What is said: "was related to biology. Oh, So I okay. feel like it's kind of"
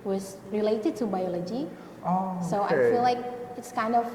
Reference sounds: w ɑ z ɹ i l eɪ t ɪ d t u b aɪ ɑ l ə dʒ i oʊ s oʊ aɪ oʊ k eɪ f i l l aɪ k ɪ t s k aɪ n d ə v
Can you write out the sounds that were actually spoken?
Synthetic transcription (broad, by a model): w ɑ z ɹ i l eɪ t ɪ d t u b aɪ ɑ l ə dʒ i oʊ s oʊ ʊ ɑ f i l l aɪ k ɪ t s k aɪ n d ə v